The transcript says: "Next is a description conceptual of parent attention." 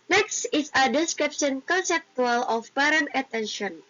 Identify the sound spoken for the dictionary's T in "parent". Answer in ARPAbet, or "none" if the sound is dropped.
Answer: none